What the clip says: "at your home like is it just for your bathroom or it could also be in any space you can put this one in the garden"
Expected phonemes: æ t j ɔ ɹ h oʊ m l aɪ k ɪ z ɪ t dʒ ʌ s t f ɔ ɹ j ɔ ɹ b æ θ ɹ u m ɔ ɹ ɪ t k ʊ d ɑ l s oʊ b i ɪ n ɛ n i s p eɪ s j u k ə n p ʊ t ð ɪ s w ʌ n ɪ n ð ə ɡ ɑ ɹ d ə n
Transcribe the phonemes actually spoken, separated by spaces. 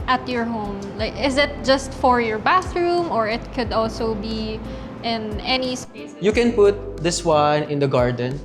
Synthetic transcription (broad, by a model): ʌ t j ɔ ɹ h oʊ m l aɪ k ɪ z ɪ t dʒ ʌ s t f ɔ ɹ j ɔ ɹ b æ θ ɹ u m ɔ ɹ ɪ t k ʊ d ɑ l s oʊ b i ɪ n ɛ n i s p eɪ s j u k ə n p ʊ t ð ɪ s w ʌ n ɪ n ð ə ɡ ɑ ɹ d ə n